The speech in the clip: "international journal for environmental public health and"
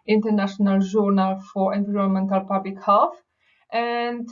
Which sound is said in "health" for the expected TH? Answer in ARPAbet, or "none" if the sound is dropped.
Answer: F